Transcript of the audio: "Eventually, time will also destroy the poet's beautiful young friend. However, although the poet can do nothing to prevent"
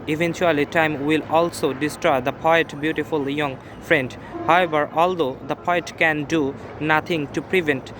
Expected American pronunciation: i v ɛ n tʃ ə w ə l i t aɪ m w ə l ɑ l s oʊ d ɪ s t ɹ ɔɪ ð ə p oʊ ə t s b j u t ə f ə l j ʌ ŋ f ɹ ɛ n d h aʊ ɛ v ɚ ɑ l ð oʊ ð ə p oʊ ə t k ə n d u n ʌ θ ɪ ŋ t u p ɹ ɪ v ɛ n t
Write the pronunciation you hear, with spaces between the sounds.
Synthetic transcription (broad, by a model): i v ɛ n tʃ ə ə l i t aɪ m w ə l ɑ l s oʊ d ɪ s t ɹ ɔɪ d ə p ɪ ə t b j u t ə f ə l j ʌ ŋ f ɹ ɛ n d h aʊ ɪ b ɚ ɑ l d oʊ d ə p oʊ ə t k ə n d u n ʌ t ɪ ŋ t u p ɹ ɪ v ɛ n t